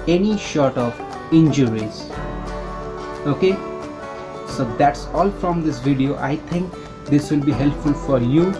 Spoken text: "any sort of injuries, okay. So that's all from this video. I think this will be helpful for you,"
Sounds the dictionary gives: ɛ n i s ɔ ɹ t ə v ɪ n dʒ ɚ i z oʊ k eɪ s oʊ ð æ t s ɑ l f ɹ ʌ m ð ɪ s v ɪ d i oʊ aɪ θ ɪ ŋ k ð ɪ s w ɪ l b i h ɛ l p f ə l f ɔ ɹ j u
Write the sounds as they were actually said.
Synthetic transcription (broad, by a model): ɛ n i ʃ ɔ ɹ t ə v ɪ n dʒ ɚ i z oʊ k eɪ s oʊ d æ t s ɑ l f ɹ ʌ m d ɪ s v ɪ d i oʊ aɪ t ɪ ŋ k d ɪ s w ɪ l b i h ɛ l p f ə l f ɔ ɹ j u